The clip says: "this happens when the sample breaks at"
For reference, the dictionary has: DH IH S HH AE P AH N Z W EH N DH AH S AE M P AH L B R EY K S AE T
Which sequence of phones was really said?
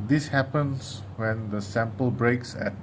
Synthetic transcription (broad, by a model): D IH S HH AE P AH N S W EH N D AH S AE M P AH L B R EY K S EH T